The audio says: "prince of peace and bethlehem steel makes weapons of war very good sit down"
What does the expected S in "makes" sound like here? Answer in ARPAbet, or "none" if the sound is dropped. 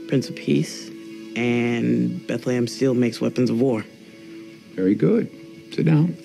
S